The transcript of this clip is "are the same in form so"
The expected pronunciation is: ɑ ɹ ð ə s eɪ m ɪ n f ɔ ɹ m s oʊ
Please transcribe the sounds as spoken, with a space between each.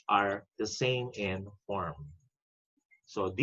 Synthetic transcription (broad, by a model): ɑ ɹ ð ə s eɪ m ɪ n f ɔ ɹ m s oʊ